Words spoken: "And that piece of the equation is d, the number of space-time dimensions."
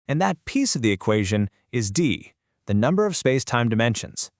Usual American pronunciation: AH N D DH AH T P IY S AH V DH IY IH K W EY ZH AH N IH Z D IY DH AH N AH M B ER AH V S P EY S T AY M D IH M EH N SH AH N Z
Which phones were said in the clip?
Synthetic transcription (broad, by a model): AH N DH AH T P IY S AH V DH IY IH K W EY ZH AH N IH Z D IY DH AH N AH M B ER AH V S P EY S T AY M D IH M EH N SH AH N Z